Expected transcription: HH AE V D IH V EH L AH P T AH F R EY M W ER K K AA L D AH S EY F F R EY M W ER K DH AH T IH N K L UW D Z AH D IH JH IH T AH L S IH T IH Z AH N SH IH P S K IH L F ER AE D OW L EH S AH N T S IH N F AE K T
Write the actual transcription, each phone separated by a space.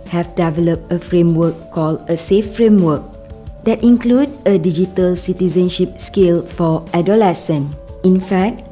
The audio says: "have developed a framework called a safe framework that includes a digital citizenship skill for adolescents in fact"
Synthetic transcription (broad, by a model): HH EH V D IH V EH L AH P T AH F R EY M W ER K K AA L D AH S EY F F R EY M W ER K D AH T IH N K L UW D AH D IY JH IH T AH L S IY T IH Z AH N SH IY P S K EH L F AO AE D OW L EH S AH N IH N F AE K T